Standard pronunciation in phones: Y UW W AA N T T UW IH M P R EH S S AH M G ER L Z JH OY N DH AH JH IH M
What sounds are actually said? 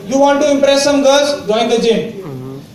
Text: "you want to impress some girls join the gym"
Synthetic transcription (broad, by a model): Y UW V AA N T T UW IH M P R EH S S AH M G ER Z JH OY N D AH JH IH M